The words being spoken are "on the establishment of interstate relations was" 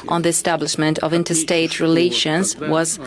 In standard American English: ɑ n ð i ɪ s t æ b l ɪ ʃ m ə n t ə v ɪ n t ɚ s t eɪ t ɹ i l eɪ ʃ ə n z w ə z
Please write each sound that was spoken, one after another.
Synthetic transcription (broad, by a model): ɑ n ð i ɪ s t æ b l ɪ ʃ m ə n t ə v ɪ n t ɚ s t eɪ t ɹ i l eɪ ʃ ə n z w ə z